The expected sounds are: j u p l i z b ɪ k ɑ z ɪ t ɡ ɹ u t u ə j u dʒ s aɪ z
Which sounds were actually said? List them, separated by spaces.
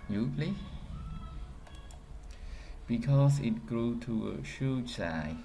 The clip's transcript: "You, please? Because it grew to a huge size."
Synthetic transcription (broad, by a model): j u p l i b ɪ k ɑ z ɪ t ɡ ɹ u t u ə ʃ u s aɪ